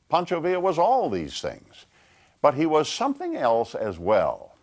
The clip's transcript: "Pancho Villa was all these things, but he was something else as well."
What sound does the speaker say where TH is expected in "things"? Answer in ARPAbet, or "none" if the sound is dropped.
TH